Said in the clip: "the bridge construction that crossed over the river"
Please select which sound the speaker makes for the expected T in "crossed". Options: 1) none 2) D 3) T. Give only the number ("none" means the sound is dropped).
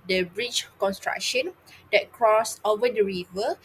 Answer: 1